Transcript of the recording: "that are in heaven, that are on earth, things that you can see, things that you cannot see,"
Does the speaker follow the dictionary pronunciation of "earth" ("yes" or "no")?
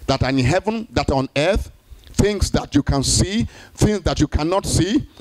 yes